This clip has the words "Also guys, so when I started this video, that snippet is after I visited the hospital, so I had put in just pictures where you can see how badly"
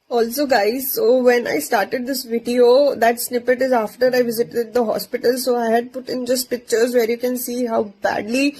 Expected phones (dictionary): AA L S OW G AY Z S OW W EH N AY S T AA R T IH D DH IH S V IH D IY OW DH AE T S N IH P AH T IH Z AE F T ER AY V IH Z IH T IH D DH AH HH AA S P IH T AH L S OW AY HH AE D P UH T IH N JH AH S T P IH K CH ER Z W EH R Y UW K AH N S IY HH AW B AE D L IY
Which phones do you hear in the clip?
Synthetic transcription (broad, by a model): AA L S OW G AY Z S OW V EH N AY S T AA R T IH D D IH S V IH D IY OW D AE T S N IH P AH T IH Z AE F T ER AY V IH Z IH T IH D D AH HH AA S P IH T AH L S OW AY HH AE D P UH T IH N JH AH S T P IH K CH ER Z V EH R Y UW K AH N S IY HH AW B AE D L IY